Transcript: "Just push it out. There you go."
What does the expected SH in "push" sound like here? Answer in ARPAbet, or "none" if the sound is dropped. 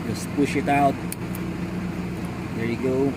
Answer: SH